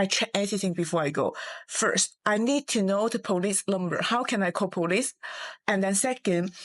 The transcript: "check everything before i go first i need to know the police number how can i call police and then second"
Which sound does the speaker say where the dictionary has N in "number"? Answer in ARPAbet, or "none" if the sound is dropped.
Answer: L